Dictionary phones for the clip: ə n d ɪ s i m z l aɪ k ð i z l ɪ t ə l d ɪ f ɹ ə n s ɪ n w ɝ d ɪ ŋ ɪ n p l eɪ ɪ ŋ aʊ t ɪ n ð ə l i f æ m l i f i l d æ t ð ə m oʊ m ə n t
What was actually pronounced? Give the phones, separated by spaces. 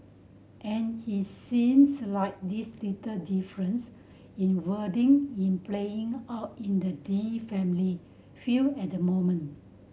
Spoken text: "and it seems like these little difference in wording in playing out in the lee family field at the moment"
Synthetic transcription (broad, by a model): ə n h ɪ s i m s l aɪ k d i s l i t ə d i f ɹ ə n s ɪ n w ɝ d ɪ ŋ ɪ n p l eɪ ɪ ŋ aʊ t ɪ n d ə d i f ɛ m l i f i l ɛ t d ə m oʊ m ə n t